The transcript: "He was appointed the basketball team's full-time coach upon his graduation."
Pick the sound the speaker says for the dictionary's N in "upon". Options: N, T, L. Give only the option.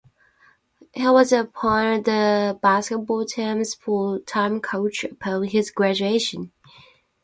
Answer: L